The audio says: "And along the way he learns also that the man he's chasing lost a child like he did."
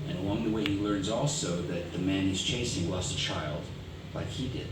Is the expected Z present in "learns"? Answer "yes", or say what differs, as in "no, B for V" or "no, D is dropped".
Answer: yes